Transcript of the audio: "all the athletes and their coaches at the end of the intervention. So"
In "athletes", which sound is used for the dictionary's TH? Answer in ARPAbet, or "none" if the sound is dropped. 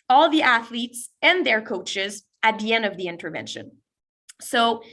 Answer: TH